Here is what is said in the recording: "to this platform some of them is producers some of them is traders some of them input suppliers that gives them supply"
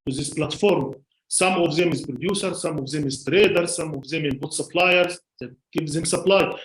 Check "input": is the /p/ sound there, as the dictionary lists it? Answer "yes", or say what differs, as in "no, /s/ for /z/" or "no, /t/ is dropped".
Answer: no, /b/ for /p/